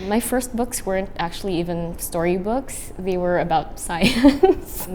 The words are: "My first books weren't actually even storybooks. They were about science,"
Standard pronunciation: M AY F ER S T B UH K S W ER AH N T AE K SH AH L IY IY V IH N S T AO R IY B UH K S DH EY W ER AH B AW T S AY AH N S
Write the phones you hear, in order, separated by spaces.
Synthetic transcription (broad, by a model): M AY F ER S T B UH K S W ER AH N T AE K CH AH L IY IY V IH N S T AO R IY B UH K S DH EY W ER AH B AW T S AY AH N S